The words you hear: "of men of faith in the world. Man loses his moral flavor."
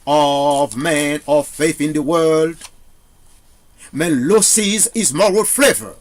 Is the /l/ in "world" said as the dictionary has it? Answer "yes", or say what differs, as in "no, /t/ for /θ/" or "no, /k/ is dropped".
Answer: yes